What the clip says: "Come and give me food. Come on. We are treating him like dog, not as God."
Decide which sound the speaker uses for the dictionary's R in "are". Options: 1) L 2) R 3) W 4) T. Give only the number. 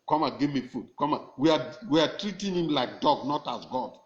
3